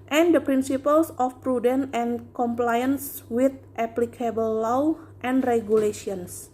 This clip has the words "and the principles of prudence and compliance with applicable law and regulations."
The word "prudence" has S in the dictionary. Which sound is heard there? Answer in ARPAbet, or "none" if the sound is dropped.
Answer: none